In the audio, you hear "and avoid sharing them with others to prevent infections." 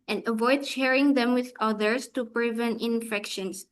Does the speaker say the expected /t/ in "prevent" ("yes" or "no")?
no